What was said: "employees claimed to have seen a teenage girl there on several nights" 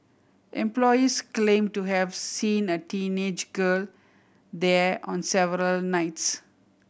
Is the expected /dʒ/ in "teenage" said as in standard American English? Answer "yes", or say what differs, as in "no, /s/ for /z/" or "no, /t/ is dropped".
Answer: yes